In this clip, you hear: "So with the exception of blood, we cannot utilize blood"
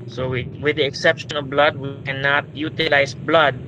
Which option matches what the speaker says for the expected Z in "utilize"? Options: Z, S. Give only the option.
S